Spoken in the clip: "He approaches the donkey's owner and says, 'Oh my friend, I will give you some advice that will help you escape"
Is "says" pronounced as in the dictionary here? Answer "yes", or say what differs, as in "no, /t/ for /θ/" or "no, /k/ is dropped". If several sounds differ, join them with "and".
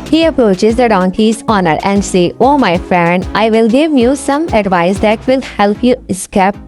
no, /z/ is dropped